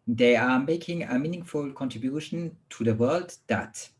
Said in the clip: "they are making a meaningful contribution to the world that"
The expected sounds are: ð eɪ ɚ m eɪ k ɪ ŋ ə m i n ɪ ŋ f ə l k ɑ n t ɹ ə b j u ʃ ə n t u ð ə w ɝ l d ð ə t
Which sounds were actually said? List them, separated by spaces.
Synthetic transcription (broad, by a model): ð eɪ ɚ m eɪ k ɪ ŋ ə m i n ɪ ŋ f ə l k ɑ n t ɹ ə b j u ʃ ə n t u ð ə w ɝ l d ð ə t